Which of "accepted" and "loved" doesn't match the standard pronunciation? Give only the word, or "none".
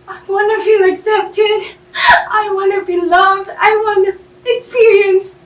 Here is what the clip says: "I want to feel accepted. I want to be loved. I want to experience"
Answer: none